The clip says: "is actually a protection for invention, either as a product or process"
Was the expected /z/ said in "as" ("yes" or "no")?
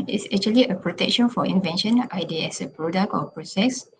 no